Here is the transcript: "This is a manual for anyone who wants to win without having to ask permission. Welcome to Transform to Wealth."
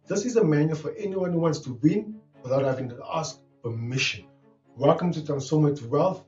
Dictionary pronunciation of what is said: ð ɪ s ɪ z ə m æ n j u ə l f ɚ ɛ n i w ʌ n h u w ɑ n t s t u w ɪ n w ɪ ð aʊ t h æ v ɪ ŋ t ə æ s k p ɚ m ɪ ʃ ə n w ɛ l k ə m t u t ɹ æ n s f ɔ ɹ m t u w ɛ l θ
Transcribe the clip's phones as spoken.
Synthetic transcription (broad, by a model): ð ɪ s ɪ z ə m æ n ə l f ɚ ɛ n i w ʌ n h u w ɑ n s t u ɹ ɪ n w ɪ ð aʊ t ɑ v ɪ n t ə s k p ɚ m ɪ ʃ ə n w ɛ l k ə m t u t æ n s ɔ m t u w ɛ l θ